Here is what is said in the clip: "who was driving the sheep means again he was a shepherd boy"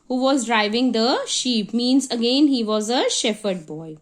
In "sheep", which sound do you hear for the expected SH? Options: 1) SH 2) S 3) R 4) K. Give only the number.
1